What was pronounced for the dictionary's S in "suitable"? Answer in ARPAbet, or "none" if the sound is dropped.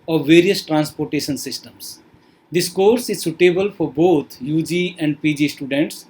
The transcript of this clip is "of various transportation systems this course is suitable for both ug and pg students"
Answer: S